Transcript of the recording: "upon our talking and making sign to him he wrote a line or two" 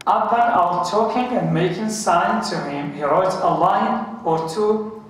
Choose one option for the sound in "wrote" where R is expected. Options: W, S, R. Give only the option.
R